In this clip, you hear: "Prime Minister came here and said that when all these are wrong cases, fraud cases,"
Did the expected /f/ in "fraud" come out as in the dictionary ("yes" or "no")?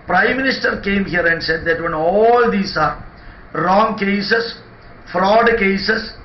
yes